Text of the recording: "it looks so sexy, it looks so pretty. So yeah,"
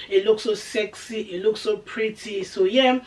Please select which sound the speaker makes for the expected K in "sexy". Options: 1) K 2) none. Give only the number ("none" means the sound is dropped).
1